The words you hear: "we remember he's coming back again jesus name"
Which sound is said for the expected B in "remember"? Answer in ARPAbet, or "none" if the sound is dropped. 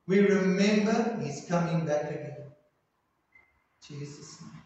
B